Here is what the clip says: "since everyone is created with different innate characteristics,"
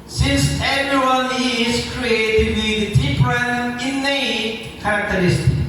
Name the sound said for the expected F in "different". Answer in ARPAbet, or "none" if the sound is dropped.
P